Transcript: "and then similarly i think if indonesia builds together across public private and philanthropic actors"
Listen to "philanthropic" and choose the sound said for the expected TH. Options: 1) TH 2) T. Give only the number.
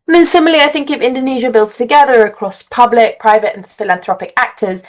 1